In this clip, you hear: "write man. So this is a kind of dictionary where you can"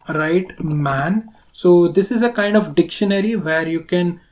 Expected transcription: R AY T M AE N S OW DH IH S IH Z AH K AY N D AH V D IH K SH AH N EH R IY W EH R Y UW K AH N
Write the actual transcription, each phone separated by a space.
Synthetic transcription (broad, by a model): R AY T M AE N S OW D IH S IH Z AH K AY N D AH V D IH K SH AH N EH R IY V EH R Y UW K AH N